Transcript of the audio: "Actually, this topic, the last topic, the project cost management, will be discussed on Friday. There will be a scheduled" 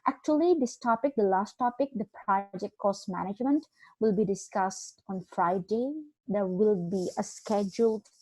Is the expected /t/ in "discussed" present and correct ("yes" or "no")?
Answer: yes